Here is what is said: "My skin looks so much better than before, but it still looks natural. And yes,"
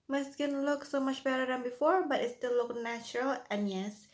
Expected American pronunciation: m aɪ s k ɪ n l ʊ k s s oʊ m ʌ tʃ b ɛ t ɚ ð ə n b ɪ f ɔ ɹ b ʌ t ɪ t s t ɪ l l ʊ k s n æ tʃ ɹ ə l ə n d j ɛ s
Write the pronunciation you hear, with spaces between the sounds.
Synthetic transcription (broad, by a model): m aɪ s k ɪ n l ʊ k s s oʊ m ʌ tʃ b ɛ t ɚ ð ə n b ɪ f ɔ ɹ b ʌ t ɪ t s t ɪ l l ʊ k n æ tʃ ɹ ə l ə n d j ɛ s